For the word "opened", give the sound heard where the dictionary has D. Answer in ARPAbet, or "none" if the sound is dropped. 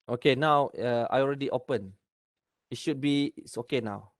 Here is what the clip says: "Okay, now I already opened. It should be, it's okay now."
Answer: none